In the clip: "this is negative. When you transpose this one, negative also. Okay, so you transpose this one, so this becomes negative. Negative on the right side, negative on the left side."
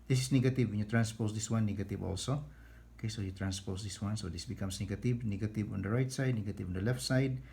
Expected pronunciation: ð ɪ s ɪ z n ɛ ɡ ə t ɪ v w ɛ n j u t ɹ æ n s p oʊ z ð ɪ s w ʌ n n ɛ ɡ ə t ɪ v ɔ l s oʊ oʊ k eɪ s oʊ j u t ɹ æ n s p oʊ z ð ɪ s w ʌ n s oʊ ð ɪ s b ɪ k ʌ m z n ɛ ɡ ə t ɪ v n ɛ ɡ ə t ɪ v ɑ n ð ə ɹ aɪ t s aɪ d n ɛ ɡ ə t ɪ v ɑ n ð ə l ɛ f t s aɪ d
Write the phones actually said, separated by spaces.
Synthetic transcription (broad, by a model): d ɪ s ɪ s n ɛ ɡ ə t ɪ v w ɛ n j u t ɹ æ n s p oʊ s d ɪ s w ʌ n n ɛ ɡ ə t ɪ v ɔ l s oʊ oʊ k eɪ s oʊ j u t ɹ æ n s p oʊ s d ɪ s w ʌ n s oʊ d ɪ s b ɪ k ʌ m s n ɛ ɡ ə t ɪ v n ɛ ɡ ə t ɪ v ɑ n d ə ɹ aɪ t s aɪ d n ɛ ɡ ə t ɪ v ɑ n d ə l ɛ f t s aɪ d